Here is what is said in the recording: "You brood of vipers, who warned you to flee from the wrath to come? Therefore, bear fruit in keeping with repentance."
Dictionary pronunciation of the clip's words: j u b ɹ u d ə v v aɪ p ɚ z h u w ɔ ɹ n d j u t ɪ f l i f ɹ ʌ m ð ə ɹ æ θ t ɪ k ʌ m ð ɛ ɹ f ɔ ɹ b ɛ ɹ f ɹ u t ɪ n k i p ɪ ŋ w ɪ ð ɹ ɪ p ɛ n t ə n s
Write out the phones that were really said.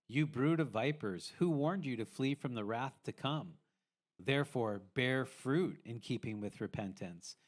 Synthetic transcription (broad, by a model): j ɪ b ɹ u d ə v v aɪ p ɚ z h u w ɔ ɹ n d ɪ t ɪ f l i f ɹ ʌ m ð ə ɹ æ θ t ɪ k ʌ m ð ɛ ɹ f ɔ ɹ b ɛ ɹ f ɹ u t ɪ n k i p ɪ ŋ w ɪ ð ɹ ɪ p ɛ n t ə n s